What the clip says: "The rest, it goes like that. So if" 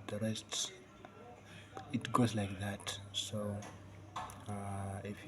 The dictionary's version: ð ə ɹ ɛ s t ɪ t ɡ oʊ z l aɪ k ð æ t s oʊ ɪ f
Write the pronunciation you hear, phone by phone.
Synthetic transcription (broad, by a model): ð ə ɹ ɛ s t ɪ t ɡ oʊ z l aɪ k ð æ t s oʊ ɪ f